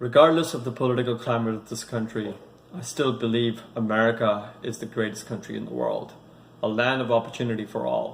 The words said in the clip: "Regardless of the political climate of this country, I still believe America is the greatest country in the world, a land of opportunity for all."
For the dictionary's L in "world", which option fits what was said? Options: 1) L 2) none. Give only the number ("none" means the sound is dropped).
1